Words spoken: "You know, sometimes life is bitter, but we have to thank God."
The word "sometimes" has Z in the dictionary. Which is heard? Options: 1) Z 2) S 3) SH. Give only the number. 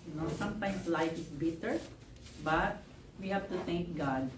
2